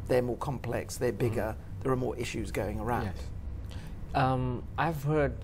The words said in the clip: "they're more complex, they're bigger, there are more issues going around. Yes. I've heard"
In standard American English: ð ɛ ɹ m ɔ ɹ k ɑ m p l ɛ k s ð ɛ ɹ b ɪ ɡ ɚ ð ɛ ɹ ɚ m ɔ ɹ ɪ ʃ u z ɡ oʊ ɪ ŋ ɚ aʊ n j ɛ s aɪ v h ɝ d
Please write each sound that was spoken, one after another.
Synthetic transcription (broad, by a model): ð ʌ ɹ m ɔ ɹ k ɑ m p l ɛ k s ð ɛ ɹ b ɪ ɡ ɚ ð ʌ ɹ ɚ m ɔ ɹ ɪ ʃ u z ɡ oʊ ɪ ŋ ɚ aʊ n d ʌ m aɪ v h ɝ d